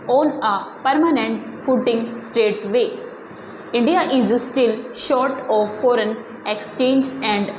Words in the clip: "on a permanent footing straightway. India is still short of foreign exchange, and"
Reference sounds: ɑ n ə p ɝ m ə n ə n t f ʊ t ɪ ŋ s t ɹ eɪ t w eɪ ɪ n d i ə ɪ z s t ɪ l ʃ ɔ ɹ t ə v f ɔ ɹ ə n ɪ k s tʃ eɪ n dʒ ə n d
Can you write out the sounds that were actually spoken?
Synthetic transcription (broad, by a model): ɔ n ə p ɝ m ə n ə n t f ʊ t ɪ ŋ s t ɹ eɪ t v eɪ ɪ n d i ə ɪ z s t ɪ l ʃ ɔ ɹ t ə v f ɔ ɹ ə n ɪ k s tʃ eɪ n dʒ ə n d